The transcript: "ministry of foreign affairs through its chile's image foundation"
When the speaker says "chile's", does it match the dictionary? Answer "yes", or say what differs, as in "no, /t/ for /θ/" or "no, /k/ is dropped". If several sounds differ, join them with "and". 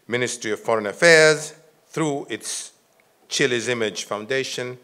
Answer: yes